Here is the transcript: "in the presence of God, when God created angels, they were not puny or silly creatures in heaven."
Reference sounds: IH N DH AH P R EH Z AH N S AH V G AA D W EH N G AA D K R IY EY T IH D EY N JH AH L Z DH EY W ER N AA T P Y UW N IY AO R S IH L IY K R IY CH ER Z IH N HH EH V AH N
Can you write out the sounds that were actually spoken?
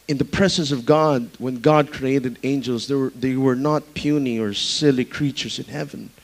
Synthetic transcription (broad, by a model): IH N DH AH P R EH Z AH N S AH V G AA D W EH N G AA D K R IY EY T IH D EY N JH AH L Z DH EY W ER N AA T P Y UW N IY AO R S IH L IY K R IY CH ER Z IH N HH EH V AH N